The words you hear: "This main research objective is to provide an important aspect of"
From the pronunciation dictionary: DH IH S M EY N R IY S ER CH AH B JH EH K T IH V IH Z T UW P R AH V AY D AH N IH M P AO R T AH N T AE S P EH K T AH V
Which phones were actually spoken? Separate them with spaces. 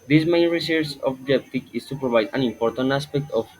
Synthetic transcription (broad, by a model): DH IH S M EY N R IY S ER S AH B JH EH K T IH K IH S T UW P R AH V AY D AH N IH M P AO R T AH N T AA S P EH K T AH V